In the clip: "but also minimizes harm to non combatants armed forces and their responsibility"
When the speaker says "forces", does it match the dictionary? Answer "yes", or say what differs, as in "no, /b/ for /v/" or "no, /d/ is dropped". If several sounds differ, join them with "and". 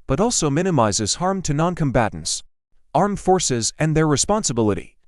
yes